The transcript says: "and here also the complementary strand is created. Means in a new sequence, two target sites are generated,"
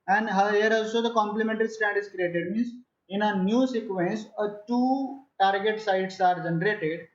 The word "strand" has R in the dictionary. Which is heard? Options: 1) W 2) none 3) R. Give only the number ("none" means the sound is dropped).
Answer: 2